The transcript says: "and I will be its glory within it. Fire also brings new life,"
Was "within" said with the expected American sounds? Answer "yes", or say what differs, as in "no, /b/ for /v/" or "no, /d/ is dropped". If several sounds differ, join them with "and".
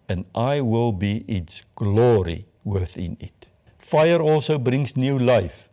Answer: yes